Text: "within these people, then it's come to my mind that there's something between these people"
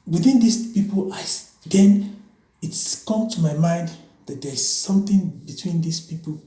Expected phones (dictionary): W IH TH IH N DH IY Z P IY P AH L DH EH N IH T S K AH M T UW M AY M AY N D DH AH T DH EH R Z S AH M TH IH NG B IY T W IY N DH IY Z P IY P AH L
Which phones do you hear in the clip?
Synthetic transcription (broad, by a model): W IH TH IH N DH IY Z P IY P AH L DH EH N IH T S K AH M T UW M AY M AY N D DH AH T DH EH R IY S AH M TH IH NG B IY T W IY N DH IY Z P IY P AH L